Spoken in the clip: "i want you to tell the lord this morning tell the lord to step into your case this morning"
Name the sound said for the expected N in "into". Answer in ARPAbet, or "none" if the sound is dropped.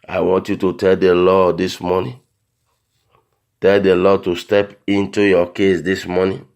N